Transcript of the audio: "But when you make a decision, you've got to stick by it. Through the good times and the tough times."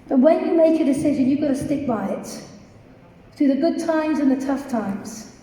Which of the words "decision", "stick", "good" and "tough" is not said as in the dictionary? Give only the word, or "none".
none